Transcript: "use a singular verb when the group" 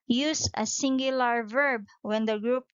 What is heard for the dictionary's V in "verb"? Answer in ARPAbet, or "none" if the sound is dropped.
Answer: V